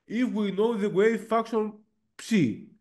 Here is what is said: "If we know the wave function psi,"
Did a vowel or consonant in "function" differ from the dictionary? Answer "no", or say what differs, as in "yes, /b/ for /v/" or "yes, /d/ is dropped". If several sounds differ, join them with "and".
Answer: yes, /ŋ/ is dropped